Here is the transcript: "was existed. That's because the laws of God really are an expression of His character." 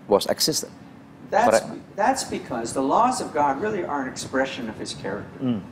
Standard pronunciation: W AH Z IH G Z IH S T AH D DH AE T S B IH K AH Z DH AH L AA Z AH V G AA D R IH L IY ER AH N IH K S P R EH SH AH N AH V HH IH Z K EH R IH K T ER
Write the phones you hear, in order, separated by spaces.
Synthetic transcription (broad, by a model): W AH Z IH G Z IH S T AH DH DH AE T S B IH K AH Z DH AH L AA Z AH V G AA D R IH L IY ER AH N IH K S P R EH SH AH N AH V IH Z K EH R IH K T ER